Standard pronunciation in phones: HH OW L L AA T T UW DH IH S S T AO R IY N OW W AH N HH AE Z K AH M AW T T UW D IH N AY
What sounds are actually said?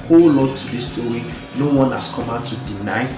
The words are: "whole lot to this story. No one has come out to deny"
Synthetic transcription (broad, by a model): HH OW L L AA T T UW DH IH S S T AO R IY N OW W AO N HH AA S K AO M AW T T UW D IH N AY